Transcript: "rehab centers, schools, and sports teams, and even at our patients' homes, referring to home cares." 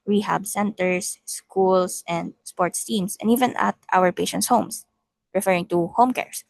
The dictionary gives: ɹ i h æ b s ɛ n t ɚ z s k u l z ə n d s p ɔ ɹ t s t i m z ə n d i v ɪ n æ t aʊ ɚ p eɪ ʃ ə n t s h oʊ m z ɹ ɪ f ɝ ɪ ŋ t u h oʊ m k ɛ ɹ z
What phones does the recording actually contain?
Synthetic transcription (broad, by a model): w i h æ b s ɛ n t ɚ s k u l s ə n d s p ɔ ɹ t s t i m s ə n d i v ɪ n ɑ t aʊ ɚ p eɪ ʃ ə n t s h oʊ m s ɹ ɪ f ɝ ɪ ŋ t u h oʊ m k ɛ ɹ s